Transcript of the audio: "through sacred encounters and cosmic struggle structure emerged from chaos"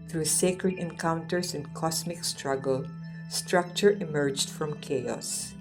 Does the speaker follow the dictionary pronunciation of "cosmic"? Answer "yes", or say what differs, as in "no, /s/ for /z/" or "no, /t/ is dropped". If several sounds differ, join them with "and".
no, /s/ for /z/